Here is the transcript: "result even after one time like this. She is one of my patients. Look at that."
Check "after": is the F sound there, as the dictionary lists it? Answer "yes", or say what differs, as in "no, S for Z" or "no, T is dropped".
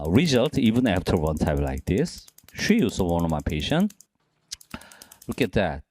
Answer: yes